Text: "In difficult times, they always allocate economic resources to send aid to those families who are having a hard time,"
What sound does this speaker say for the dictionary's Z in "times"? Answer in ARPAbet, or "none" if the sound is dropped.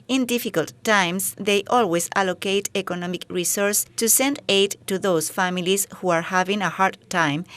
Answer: S